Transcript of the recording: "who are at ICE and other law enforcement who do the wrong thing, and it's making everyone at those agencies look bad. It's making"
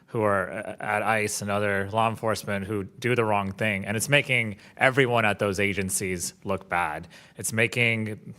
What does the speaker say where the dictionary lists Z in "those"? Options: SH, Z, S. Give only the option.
Z